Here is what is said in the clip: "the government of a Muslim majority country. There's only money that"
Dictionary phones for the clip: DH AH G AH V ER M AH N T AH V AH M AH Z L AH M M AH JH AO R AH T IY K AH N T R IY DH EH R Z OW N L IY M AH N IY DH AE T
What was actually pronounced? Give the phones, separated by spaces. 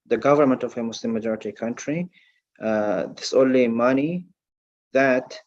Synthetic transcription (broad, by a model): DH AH G AH V ER M AH N T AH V AH M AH S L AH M M AH JH AO R AH T IY K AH N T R IY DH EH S OW N L IY M AH N IY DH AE T